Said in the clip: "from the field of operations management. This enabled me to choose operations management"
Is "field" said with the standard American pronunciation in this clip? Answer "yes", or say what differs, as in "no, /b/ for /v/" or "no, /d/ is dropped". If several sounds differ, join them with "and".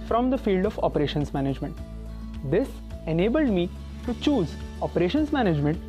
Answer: yes